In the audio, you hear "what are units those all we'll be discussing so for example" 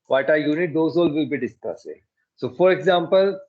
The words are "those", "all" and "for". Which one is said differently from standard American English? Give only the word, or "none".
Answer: those